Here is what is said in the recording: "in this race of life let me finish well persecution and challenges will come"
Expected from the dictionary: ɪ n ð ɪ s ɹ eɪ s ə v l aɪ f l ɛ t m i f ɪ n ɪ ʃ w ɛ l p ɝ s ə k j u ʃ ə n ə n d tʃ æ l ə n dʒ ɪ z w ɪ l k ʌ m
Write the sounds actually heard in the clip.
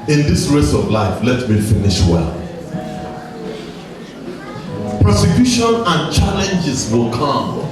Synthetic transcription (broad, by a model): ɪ n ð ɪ s ɹ eɪ s ə v l aɪ f l ɛ t m i f ɪ n ɪ ʃ w ɛ l p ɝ s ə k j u ʃ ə n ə n tʃ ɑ l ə n dʒ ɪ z w ɪ l k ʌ m